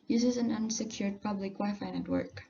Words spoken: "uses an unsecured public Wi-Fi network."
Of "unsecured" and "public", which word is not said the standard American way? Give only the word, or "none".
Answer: public